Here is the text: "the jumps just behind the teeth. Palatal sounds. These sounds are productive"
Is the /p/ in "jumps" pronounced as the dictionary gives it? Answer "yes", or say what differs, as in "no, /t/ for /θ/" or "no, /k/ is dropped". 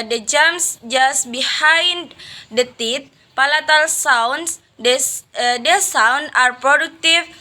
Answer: no, /p/ is dropped